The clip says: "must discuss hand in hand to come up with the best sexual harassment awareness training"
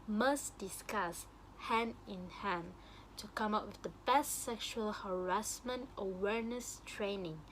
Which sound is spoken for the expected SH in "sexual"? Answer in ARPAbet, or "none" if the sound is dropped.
SH